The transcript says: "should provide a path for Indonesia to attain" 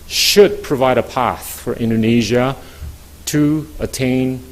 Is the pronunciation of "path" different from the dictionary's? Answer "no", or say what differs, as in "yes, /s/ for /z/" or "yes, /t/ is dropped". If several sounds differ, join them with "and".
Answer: no